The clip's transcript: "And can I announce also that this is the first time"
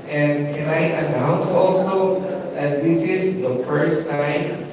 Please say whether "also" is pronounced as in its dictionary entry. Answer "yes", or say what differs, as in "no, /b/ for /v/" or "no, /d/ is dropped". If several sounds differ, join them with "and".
yes